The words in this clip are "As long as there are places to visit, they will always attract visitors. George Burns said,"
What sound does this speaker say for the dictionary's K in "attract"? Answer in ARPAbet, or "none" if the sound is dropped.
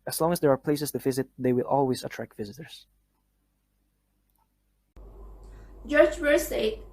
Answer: K